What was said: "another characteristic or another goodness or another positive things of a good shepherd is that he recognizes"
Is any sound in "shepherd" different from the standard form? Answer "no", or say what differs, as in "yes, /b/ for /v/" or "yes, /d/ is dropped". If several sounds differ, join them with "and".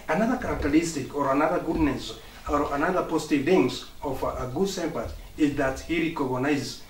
yes, /s/ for /ʃ/